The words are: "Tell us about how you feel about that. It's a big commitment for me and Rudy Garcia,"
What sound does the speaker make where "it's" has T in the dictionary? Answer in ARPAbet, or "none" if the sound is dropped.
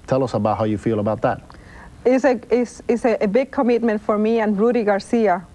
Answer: S